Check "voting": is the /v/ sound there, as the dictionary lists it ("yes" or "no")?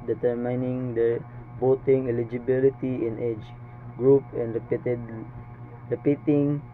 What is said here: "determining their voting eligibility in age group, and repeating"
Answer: no